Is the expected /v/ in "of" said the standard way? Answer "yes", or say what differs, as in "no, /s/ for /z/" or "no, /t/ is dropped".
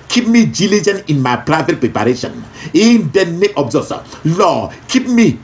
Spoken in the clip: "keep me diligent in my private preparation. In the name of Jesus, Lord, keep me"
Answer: no, /b/ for /v/